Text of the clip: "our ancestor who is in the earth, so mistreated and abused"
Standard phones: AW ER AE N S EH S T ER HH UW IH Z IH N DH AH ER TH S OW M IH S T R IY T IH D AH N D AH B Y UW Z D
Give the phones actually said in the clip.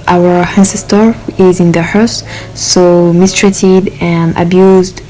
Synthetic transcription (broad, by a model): AW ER AE N S EH S T ER IH Z IH N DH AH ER S S OW M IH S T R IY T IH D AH N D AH B Y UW Z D